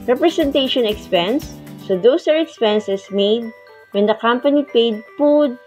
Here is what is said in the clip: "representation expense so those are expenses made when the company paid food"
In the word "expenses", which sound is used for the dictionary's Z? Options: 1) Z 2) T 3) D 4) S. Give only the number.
4